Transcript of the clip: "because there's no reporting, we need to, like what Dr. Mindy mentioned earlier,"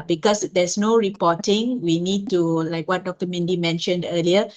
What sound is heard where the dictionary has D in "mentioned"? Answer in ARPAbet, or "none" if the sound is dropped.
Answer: D